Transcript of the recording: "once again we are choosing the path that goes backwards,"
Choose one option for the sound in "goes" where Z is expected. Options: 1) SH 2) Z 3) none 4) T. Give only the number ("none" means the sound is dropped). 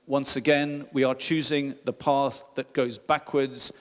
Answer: 2